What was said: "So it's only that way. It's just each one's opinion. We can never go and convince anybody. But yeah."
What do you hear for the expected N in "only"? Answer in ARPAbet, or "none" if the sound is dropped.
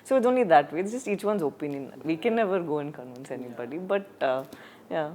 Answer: N